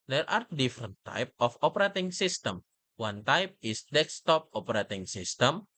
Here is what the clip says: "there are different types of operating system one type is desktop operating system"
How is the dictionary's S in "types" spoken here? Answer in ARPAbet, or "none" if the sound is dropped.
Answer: none